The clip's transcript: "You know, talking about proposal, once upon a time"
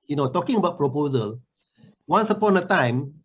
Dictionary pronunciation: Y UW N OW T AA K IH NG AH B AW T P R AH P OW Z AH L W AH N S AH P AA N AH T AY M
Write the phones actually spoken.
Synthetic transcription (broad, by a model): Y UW N OW T AA K IH NG AH B AW T P R AH P OW Z AH L W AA N S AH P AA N AH T AY M